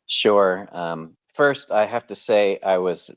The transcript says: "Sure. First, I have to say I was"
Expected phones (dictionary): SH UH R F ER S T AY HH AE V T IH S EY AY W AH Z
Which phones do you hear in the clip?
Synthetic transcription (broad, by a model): SH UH R F ER S T AY HH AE F T IH S EY AY W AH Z